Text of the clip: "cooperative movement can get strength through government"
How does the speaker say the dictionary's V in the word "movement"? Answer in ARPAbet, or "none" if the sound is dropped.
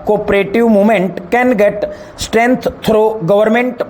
none